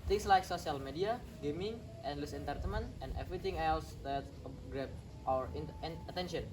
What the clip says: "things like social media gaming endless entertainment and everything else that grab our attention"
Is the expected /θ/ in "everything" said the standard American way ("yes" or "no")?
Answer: no